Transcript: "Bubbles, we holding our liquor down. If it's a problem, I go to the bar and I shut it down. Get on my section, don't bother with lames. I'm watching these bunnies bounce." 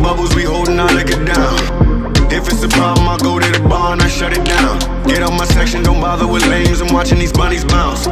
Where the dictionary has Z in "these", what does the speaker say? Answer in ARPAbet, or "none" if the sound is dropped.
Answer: Z